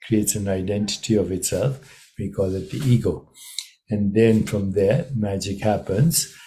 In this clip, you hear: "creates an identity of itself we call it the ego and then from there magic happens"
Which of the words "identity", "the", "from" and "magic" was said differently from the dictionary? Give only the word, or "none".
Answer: none